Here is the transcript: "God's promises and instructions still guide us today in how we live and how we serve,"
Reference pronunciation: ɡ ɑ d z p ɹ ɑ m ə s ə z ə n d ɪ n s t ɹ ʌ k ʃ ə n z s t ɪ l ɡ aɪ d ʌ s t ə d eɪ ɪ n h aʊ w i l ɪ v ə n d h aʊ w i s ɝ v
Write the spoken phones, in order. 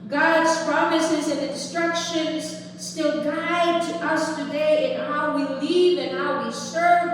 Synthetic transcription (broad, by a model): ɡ ɑ d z p ɹ ɑ m ə s ə z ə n ɪ n s t ɹ ʌ k ʃ ə n z s t ɪ l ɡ aɪ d ʌ s t ə d eɪ ɪ n h aʊ w i l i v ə n h aʊ w i s ɝ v